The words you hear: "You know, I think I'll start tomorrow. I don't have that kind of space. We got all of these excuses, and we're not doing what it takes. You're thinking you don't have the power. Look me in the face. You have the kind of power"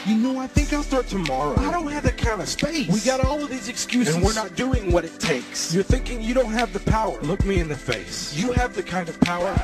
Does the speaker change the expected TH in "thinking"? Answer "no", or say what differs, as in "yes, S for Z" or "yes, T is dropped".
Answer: no